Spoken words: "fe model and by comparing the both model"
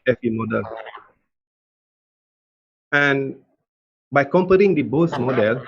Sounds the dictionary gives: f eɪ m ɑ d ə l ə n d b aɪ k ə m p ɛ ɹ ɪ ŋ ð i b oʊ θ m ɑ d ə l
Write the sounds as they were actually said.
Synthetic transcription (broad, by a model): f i m ɑ d ə l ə n b aɪ k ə m p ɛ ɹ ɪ ŋ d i b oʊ s m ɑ d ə l